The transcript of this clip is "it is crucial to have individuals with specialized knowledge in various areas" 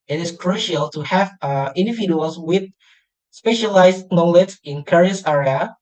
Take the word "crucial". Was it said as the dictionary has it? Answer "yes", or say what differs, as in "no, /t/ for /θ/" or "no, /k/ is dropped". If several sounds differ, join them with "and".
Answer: yes